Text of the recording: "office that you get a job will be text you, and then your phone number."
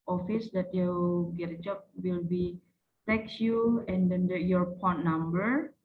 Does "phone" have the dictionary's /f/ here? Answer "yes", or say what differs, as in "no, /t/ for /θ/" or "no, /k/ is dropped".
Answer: no, /p/ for /f/